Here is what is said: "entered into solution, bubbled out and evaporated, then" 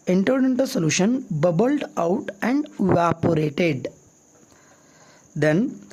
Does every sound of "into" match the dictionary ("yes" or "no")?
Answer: yes